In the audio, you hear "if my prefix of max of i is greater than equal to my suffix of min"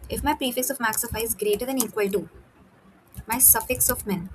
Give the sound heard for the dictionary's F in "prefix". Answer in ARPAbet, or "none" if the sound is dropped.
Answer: F